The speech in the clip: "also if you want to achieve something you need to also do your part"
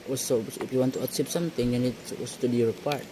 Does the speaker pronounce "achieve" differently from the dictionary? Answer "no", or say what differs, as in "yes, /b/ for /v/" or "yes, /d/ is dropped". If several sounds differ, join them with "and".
yes, /s/ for /tʃ/ and /p/ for /v/